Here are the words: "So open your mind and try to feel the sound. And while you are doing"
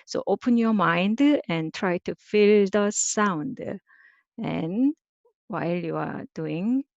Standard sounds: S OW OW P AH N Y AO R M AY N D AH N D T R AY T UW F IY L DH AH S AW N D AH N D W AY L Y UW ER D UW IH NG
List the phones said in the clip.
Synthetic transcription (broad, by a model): S OW OW P AH N Y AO M AY N D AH N T R AY T UW F IY L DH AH S AW N D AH N W AY L Y UW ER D UW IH NG